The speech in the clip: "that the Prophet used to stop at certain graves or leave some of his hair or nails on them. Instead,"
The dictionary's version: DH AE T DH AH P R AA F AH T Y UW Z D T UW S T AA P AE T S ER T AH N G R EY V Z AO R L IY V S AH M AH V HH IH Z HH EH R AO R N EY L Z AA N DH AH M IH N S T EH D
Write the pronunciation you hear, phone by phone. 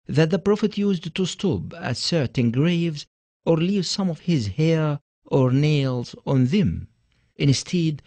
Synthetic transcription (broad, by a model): DH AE T DH AH P R AA F AH T Y UW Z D T UW S T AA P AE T S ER T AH N G R EY V Z AO R L IY V S AH M AH V HH IH Z HH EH R AO R N EY L Z AA N DH AH M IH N S T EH D